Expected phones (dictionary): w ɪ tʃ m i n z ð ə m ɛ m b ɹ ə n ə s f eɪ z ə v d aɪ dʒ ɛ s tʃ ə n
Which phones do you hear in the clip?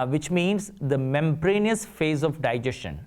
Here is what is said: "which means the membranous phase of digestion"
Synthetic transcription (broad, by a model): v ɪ tʃ m i n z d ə m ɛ m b ɹ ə n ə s f eɪ z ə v d aɪ dʒ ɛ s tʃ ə n